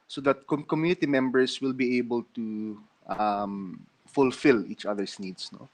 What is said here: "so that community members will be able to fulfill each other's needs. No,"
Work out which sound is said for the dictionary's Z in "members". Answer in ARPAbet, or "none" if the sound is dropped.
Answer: S